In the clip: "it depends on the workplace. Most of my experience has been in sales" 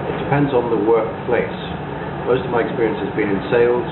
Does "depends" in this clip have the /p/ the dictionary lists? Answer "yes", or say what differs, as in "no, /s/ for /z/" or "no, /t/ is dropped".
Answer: yes